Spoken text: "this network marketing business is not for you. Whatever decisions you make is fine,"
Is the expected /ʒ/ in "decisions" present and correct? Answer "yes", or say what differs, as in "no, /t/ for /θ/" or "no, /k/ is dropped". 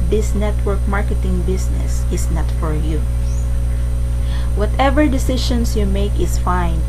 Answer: no, /ʃ/ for /ʒ/